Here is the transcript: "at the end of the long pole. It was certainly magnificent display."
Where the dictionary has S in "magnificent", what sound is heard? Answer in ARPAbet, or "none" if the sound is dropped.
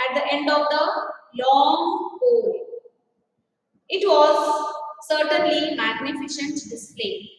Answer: SH